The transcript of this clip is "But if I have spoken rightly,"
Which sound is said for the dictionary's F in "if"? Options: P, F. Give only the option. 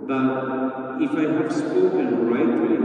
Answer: F